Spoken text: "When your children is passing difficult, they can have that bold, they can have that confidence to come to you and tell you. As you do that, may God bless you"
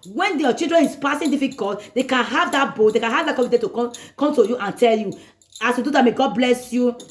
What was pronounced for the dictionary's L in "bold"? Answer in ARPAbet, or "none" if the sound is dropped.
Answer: none